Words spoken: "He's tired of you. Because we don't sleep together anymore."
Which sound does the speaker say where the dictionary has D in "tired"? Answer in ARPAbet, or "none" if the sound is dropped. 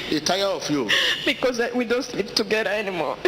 none